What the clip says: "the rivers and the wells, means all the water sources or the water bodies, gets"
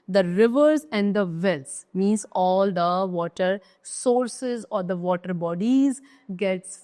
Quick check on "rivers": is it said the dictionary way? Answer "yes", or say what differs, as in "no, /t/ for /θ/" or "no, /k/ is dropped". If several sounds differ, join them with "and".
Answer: yes